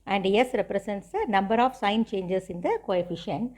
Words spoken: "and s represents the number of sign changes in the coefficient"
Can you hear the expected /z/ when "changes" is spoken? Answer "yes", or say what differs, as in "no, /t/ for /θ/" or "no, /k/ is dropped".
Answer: no, /s/ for /z/